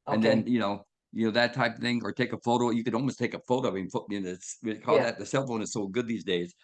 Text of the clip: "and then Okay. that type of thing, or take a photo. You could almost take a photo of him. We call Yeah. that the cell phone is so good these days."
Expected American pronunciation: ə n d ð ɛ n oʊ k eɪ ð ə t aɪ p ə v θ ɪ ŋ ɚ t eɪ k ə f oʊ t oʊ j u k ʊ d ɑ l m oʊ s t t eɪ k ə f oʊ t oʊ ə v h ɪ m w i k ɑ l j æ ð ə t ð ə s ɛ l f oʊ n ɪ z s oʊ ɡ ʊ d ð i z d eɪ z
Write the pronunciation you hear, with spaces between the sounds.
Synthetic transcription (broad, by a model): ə n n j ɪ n oʊ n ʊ ð ə t aɪ p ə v θ ɪ ŋ ɚ t eɪ k ə f oʊ t oʊ j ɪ k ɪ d ɑ l m oʊ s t t eɪ k ə f oʊ t oʊ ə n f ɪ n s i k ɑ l ð ə t ð ə s ɛ l f oʊ n ɪ z s oʊ ɡ ʊ d ð i z d eɪ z